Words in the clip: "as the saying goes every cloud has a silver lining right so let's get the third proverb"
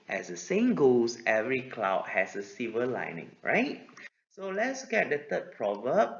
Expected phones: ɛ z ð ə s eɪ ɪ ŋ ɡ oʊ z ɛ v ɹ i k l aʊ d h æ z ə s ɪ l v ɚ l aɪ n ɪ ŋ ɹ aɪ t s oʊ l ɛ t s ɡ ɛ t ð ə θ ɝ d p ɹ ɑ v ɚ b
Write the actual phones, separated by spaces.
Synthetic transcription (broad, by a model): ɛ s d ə s eɪ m ɡ oʊ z ɛ v ɹ i k l aʊ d h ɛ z ə s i v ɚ l aɪ n ɪ ŋ ɹ aɪ t s oʊ l ɛ t s ɡ ɛ t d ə t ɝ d p ɹ ɑ v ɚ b